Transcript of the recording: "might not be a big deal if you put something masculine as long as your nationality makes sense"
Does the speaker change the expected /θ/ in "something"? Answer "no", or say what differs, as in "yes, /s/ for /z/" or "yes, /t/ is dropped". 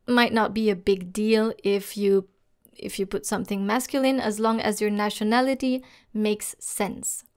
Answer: no